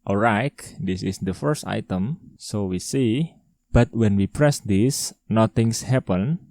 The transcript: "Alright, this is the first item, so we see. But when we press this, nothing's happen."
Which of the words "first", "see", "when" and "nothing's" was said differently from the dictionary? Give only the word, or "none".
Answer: nothing's